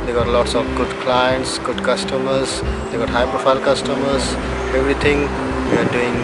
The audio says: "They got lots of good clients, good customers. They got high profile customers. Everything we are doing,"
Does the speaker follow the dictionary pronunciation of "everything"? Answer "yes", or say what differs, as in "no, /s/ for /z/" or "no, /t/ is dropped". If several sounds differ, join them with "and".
no, /t/ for /θ/